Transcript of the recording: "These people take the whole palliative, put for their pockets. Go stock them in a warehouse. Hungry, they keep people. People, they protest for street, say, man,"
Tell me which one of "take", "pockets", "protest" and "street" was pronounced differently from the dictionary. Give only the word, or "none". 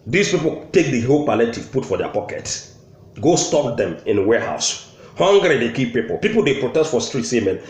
pockets